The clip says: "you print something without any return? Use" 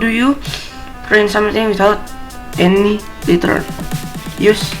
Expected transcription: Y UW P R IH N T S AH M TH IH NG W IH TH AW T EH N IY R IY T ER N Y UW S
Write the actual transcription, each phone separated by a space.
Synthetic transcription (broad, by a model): Y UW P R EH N S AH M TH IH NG W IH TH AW T EH N IY L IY T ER L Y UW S